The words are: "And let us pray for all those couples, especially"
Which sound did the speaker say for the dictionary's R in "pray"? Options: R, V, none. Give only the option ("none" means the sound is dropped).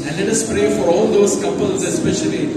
R